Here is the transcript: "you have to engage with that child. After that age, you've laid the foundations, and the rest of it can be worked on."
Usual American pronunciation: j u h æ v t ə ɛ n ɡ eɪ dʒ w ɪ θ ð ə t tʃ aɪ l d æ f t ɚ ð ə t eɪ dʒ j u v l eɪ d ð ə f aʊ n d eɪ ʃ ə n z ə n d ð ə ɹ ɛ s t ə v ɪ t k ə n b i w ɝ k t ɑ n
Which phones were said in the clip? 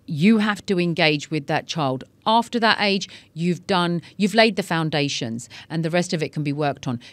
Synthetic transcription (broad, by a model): j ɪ h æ f t ə ɛ n ɡ eɪ dʒ w ɪ ð ə t tʃ aɪ l d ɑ f t ɚ ð ə t eɪ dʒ j u v l eɪ d ð ə f aʊ n d eɪ ʃ ə n z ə n ð ə ɹ ɛ s t ə v ɪ t k ə n b i w ɝ k t n